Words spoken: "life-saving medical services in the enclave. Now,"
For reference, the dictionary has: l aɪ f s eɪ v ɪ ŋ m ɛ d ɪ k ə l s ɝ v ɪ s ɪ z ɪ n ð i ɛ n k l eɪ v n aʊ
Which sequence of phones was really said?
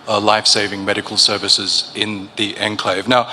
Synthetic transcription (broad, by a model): l aɪ f s eɪ v ɪ ŋ m ɛ d ɪ k ə l s ɝ v ɪ s ɪ z ɪ n ð i ɛ n k l eɪ v n aʊ